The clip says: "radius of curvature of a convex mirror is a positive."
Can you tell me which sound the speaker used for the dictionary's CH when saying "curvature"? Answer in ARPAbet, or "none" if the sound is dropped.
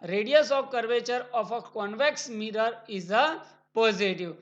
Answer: CH